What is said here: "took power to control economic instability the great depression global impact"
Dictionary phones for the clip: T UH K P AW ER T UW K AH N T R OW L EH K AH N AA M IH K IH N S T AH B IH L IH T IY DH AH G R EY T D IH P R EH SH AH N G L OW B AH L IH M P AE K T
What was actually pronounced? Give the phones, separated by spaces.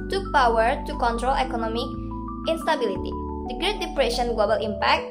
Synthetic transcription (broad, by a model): T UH K P AW ER T UW K AH N T R OW L EH K AH N AA M IH K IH N S T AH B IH L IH T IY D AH G R EY T D IH P R EH SH AH N G L OW B AH L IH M P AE K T